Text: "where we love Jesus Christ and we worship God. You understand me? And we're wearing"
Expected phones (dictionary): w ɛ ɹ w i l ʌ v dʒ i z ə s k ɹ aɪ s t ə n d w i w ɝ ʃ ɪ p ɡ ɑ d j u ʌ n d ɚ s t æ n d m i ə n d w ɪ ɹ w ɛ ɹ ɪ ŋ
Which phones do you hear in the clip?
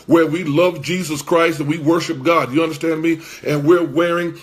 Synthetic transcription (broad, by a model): w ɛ ɹ w i l ʌ v dʒ i z ə s k ɹ aɪ s t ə n w i w ɝ ʃ ɪ p ɡ ɑ d j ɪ ʌ n d ɚ s t æ n d m i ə n w ɪ ɹ w ɛ ɹ ɪ ŋ